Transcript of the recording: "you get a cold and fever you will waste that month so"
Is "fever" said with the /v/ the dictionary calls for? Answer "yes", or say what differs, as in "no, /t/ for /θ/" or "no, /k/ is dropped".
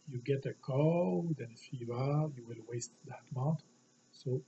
no, /b/ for /v/